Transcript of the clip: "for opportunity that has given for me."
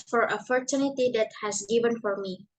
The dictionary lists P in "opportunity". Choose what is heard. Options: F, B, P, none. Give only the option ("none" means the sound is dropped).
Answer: F